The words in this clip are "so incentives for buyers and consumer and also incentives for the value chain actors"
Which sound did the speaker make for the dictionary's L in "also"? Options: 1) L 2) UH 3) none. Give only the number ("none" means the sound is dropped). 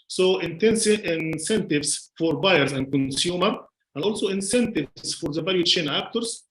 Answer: 1